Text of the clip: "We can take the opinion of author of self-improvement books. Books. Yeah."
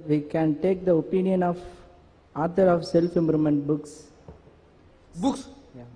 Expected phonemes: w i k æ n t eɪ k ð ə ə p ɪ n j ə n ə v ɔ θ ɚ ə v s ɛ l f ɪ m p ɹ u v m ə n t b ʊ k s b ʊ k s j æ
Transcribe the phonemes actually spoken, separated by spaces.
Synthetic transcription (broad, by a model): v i k æ n t eɪ k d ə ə p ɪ n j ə n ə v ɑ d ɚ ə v s ɛ l f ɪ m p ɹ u m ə n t b ʊ k s b ʊ k s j